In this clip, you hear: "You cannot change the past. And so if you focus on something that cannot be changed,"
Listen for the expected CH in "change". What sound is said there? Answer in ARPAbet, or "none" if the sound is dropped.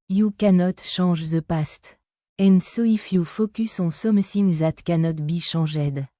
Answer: SH